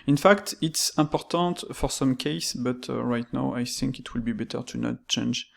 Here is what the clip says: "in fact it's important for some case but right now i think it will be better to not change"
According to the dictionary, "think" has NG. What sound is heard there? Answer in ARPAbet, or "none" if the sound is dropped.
NG